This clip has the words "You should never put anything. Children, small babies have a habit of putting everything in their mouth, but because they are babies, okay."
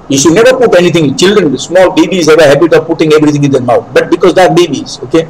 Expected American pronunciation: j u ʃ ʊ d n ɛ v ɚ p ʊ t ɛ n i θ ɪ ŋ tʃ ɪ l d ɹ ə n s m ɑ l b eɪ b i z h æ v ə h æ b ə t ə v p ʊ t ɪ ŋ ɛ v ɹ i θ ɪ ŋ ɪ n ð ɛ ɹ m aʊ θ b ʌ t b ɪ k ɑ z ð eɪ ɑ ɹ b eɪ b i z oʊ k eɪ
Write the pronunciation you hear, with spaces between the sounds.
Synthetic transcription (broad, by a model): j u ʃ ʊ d n ɛ v ɚ p ʊ t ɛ n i t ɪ ŋ tʃ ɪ l d ɹ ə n s m ɑ l b eɪ b i z h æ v ə h æ b ə t ə v p ʊ t ɪ ŋ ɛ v ɹ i t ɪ ŋ ɪ n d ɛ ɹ m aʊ t b ʌ t b ɪ k ɑ z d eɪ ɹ b eɪ b i z oʊ k eɪ